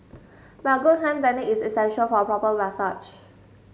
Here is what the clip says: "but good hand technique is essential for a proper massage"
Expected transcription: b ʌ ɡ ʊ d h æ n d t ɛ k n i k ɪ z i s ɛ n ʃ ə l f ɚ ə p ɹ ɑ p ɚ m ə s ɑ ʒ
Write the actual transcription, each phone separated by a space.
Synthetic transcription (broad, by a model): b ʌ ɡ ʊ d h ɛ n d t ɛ n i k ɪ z i s ɛ n ʃ ə l f ə p ɹ ɑ p ɚ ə s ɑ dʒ